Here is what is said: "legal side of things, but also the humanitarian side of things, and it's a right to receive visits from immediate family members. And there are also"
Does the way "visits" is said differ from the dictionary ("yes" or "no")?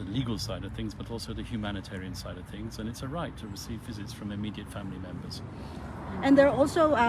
no